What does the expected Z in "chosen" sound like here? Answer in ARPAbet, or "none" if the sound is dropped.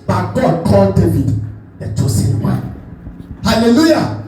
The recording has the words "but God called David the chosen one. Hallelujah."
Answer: S